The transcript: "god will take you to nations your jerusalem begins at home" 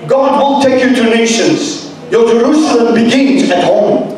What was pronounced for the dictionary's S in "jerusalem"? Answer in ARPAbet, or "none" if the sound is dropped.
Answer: S